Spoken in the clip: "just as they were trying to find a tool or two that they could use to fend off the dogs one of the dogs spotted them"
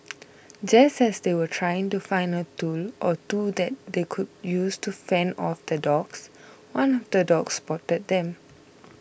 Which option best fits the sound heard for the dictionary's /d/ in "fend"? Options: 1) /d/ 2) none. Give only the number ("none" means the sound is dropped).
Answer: 2